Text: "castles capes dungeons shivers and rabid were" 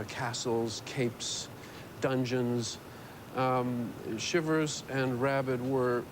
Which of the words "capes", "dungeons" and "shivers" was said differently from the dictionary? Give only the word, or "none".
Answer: none